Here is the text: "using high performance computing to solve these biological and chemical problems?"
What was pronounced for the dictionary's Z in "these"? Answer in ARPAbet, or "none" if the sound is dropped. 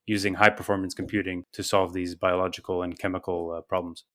Z